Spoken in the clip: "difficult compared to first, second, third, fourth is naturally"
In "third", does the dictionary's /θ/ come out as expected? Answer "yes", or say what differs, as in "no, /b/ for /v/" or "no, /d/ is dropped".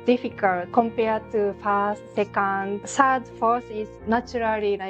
no, /s/ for /θ/